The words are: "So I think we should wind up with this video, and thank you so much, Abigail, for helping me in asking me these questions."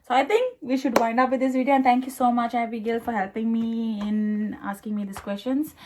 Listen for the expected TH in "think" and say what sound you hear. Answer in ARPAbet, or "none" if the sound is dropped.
T